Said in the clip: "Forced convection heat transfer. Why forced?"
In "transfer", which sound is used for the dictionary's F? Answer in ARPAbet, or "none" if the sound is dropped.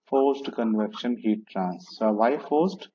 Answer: none